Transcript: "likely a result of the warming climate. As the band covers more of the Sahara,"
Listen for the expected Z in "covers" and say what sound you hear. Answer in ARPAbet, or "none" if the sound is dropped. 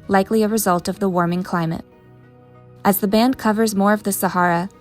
Z